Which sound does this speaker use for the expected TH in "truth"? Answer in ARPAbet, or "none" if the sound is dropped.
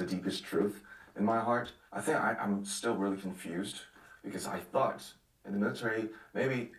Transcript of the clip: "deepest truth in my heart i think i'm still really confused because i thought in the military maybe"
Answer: TH